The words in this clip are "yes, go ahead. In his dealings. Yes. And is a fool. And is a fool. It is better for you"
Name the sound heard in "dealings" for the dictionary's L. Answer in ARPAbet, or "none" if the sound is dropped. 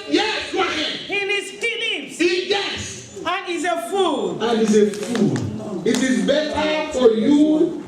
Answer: N